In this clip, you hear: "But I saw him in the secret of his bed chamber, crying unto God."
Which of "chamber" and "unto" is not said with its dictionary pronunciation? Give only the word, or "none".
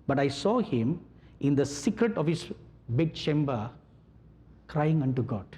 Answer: none